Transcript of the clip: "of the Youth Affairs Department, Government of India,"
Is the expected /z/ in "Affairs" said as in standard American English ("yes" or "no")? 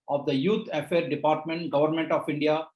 no